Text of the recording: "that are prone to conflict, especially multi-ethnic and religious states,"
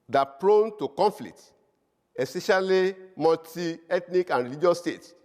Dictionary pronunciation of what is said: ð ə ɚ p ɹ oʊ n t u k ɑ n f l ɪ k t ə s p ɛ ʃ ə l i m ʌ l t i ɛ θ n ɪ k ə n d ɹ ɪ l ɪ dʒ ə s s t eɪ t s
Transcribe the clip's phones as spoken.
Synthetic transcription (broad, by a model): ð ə p ɹ oʊ n t u k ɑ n f l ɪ k t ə s ɛ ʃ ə l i m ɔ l t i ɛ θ n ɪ k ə n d ɹ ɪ l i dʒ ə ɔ s t eɪ t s